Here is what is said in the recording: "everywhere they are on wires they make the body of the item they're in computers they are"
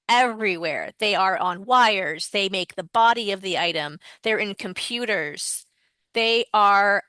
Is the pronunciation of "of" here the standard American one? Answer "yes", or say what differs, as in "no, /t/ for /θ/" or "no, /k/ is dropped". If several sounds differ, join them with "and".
yes